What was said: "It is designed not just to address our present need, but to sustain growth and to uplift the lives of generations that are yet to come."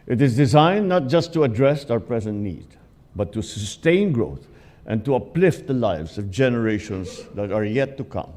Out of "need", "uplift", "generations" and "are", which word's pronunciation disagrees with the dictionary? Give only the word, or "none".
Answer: generations